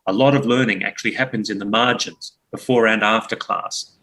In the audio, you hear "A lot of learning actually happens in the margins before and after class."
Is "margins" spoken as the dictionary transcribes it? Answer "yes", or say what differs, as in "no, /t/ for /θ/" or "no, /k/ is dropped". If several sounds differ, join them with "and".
yes